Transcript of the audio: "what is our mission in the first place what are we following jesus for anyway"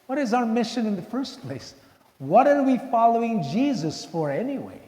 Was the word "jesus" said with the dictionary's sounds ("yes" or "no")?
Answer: yes